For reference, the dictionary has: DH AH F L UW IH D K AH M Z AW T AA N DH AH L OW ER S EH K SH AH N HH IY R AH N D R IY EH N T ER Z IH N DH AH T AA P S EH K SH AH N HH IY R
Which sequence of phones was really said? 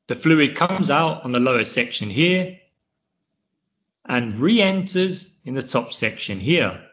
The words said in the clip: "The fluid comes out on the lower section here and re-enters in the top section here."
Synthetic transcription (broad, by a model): DH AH F L UW IH D K AH M Z AW T N DH AH L OW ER S EH K SH AH N HH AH R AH N R IY EH N T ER Z IH N DH AH T AA P S EH K SH AH N HH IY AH